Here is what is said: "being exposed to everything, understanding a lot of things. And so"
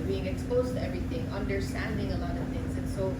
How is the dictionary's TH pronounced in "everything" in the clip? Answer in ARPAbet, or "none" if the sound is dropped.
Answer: T